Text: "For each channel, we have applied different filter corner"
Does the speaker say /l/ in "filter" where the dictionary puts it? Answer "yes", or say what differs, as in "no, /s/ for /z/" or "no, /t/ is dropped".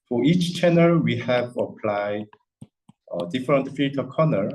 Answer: no, /l/ is dropped